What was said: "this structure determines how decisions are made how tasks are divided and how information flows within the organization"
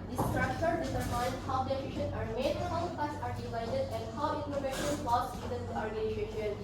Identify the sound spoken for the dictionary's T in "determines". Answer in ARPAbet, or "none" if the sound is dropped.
S